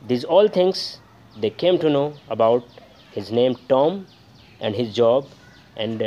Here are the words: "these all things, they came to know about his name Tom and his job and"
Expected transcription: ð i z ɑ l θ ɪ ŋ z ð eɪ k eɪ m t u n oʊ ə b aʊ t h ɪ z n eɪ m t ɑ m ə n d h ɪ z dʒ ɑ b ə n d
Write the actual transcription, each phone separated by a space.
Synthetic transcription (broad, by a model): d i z ɑ l t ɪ ŋ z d eɪ k eɪ m t u n oʊ ə b aʊ t h ɪ z n eɪ m t ɑ m ə n d h ɪ z dʒ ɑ b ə n d